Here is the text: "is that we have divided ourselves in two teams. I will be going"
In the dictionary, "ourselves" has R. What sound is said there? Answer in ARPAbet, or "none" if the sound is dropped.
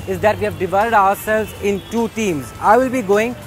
R